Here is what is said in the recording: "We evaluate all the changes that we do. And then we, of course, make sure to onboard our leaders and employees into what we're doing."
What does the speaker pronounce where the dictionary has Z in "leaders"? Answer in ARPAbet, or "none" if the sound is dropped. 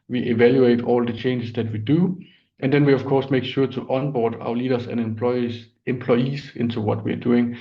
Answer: S